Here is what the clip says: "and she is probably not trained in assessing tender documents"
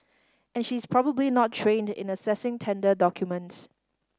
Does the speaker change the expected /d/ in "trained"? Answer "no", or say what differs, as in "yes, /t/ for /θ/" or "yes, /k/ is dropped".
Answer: no